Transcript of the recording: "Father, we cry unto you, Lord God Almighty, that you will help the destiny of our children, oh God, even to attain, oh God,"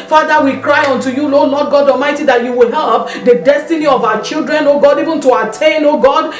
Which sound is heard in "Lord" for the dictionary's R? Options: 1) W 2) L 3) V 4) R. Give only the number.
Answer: 2